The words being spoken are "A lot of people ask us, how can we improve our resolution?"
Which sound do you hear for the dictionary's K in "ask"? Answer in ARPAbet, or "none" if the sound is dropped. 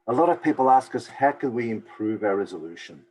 K